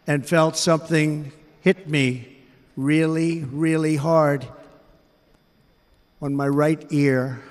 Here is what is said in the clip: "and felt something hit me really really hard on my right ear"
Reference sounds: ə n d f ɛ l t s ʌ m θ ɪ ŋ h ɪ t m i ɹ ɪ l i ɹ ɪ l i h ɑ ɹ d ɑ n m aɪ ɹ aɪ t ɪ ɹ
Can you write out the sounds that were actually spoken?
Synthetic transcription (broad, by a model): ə n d f ɛ l t s ʌ m θ ɪ ŋ h ɪ t m i ɹ ɪ l i ɹ ɪ l i h ɑ ɹ d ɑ n m aɪ ɹ aɪ t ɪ ɹ